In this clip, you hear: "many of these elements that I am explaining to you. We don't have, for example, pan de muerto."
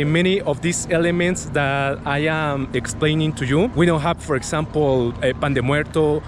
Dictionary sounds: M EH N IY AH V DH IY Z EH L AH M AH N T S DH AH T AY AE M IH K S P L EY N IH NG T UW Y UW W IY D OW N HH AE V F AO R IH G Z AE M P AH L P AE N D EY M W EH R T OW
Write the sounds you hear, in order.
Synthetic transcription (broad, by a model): M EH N IY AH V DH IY S EH L AH M AH N T S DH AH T AY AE M IH K S P L EY N IH NG T UW Y UW W IY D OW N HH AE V F AO R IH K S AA M P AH L P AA N D EY M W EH R T OW